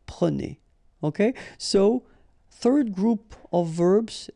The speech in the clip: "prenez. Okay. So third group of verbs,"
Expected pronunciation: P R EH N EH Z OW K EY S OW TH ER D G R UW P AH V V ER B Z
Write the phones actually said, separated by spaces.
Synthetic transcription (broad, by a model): P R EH N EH OW K EY S OW TH ER D G R UW P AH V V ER B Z